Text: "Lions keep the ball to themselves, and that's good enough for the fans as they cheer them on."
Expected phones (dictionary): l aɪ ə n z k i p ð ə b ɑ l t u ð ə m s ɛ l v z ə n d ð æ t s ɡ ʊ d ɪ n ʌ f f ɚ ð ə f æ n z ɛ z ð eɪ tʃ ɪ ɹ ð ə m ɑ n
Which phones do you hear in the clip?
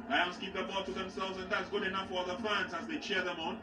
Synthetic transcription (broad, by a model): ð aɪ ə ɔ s k i p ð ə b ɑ t u ð ə m s ɛ l v z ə n ð æ t s ɡ ʊ d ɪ n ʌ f f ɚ ð ə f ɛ n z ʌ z ð eɪ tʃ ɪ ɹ ð ə m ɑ n